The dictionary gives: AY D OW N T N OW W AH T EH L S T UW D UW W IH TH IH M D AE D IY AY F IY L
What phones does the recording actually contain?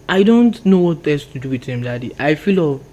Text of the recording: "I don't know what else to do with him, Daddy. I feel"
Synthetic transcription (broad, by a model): AY D OW N T N OW W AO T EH S T UW D UW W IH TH IH M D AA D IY AY F IY L